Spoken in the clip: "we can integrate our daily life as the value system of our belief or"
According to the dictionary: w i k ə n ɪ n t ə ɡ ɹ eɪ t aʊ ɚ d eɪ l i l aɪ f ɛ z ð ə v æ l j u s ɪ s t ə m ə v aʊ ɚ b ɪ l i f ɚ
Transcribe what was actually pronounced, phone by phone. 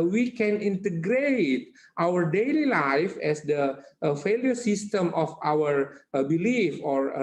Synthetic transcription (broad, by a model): w i k ə n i n t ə ɡ ɹ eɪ t aʊ ɚ d eɪ l i l aɪ f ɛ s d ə f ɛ l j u s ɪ s t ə m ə f aʊ ɚ b ɪ l i f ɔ